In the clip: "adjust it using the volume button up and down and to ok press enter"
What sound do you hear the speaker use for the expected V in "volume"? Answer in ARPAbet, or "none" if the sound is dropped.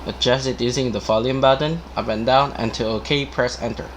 F